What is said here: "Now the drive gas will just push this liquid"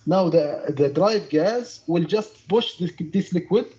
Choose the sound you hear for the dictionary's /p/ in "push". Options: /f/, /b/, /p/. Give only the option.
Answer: /b/